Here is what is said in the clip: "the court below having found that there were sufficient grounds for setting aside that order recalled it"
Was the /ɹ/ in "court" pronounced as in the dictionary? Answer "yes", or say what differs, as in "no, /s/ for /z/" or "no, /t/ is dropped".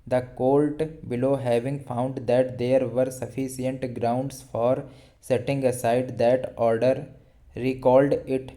no, /l/ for /ɹ/